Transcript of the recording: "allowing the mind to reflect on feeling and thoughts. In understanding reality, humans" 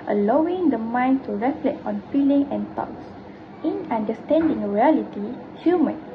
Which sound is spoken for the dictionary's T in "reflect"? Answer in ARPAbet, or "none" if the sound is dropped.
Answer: none